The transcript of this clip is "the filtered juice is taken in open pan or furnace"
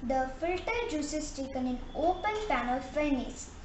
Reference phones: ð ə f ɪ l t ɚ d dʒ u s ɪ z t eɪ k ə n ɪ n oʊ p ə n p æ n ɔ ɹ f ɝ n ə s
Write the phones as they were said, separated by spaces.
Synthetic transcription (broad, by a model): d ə f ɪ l t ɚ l dʒ u s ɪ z t eɪ k ə n ɪ n oʊ p ə n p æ n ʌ l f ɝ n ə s